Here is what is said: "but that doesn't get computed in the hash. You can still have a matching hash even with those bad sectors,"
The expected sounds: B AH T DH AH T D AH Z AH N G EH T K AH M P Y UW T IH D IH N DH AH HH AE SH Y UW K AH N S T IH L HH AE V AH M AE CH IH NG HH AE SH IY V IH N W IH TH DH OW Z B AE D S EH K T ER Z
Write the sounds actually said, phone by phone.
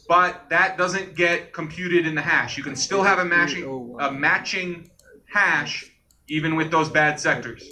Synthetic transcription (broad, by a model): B AH T DH AH T D AH Z AH N G EH T K AH M P Y UW T IH D IH N DH AH HH AE SH Y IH K AH N S T IH L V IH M AH M AE CH IH NG HH AE SH IY V IH N W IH DH OW Z B AE D S EH K T ER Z